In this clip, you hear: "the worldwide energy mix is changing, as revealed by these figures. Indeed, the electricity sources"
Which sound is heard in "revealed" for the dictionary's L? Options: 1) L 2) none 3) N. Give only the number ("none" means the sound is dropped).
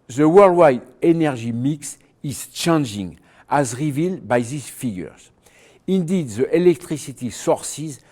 1